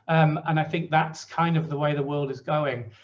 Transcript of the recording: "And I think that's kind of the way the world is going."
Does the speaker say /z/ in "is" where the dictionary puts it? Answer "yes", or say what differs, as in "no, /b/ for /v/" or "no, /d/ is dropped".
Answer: yes